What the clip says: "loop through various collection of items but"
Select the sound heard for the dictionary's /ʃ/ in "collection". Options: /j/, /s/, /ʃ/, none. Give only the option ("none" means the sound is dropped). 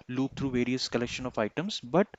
/ʃ/